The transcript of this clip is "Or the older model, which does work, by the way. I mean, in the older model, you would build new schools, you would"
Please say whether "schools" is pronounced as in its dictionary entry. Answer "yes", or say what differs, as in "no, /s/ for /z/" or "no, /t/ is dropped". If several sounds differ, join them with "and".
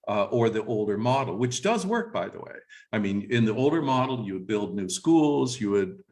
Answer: yes